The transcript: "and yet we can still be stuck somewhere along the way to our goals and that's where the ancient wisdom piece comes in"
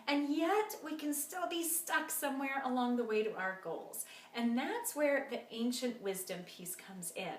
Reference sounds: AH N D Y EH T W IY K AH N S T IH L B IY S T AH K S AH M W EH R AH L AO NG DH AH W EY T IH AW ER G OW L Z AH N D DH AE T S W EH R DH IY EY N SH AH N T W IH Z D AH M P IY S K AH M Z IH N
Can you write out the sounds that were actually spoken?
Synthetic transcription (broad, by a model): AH N Y EH T W IY K AH N S T IH L B IY S T AH K S AH M W EH R AH L AO NG DH AH W EY T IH AW ER G OW L Z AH N DH AE T S W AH R DH IY EY N SH AH N T W IH Z D AH M P IY S K AH M Z IH N